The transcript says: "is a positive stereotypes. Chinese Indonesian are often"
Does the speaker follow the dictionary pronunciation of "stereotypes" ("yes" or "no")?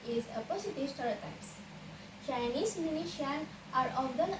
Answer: no